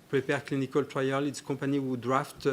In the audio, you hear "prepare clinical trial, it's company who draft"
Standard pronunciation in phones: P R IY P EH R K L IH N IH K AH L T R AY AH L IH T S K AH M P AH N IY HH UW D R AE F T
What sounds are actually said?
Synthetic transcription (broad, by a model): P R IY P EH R K L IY N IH K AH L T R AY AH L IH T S K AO P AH N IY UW D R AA F T